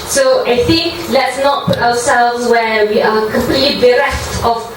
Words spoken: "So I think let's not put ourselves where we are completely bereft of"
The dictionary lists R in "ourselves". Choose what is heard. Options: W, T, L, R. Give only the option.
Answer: W